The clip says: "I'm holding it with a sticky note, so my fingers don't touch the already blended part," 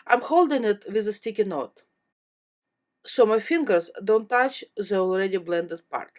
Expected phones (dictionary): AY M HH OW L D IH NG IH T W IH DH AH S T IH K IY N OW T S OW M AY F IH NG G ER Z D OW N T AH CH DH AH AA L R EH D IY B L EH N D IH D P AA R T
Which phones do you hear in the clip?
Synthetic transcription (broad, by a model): AY M HH OW L D IH NG IH T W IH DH AH S T IH K IY N OW T S OW M AY F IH NG G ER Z D OW N T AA CH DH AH AA L R EH D IY B L EH N D IH D P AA R T